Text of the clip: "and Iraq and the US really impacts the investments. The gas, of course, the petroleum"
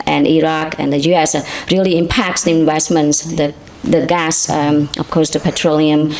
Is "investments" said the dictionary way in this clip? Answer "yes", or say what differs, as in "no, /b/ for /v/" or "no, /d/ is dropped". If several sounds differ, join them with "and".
no, /w/ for /v/